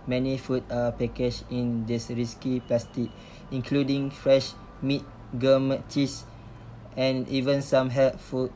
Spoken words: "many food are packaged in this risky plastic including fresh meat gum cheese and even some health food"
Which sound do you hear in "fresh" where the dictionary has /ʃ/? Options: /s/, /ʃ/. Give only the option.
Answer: /ʃ/